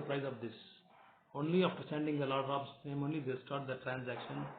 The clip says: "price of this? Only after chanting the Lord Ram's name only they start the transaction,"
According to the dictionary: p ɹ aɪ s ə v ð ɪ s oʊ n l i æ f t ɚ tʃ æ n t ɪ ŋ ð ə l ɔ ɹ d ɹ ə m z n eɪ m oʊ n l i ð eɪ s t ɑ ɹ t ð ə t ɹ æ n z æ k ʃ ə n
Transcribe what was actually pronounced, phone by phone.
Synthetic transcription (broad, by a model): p ɹ aɪ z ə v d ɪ s oʊ n l i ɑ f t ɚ s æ n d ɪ ŋ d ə l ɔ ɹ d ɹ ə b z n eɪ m oʊ n l i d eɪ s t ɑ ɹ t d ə t ɹ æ n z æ k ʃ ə n